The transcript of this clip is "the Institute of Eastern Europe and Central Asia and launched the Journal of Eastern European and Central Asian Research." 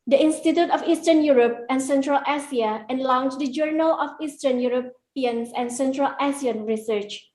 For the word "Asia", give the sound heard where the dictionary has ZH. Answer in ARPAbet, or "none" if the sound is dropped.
S